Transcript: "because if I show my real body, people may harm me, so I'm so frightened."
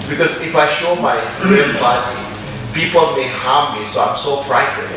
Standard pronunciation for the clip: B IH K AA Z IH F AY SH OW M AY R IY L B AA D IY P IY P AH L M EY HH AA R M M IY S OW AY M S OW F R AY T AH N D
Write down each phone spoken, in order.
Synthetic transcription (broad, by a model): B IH K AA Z IH F AY SH OW M AY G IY N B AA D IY P IY P AH L M EY HH AA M M IY S OW AY M S OW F R AY T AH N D